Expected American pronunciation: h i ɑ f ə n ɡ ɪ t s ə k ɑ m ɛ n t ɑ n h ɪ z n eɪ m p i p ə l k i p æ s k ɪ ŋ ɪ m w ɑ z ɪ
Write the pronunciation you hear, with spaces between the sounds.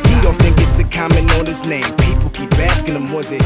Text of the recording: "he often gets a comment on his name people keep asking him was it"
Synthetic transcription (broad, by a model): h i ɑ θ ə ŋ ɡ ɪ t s ə k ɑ m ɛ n ɑ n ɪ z n eɪ m p i p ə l k i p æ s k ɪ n ɪ m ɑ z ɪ